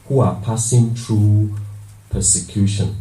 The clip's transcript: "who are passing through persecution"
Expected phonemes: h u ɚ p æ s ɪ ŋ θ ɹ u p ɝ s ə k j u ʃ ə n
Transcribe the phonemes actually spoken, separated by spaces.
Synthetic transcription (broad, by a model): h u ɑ p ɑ s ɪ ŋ t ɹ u p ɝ s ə k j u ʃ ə n